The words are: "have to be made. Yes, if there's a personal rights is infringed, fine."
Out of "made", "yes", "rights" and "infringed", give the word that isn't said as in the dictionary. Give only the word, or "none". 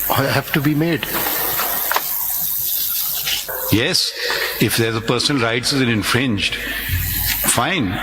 none